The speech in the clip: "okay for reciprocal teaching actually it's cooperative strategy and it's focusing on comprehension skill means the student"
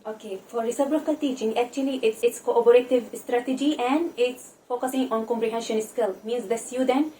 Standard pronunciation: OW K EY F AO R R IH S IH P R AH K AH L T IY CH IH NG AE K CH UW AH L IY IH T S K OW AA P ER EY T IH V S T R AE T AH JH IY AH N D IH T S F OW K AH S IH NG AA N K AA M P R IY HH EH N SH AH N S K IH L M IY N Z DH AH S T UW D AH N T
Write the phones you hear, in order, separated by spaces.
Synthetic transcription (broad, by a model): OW K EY F AO R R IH S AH B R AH K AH L T IY CH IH NG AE K CH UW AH L IY IH T S K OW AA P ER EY T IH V S T R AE T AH JH IY AH N D IH T S F OW K AH S IH NG AA N K AA M P R IY HH EH N SH AH N S K IH L M IY N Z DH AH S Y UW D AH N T